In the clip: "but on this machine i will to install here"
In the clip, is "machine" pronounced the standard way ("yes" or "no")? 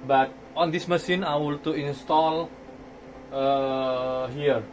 no